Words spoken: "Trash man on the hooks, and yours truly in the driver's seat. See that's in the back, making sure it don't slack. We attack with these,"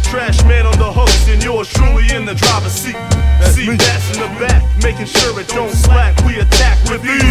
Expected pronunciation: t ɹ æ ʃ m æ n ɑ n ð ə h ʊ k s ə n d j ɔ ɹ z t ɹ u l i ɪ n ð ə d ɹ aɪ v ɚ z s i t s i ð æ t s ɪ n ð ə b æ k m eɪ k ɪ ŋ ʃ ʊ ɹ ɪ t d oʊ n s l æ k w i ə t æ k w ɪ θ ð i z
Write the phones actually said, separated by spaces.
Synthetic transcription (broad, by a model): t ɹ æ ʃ m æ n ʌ n ð ə h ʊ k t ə n j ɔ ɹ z t ɹ u l i ɪ n ð ə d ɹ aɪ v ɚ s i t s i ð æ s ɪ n ð ə b æ k m eɪ k ɪ ŋ ʃ ʊ ɹ ɪ t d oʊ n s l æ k w i ə t æ k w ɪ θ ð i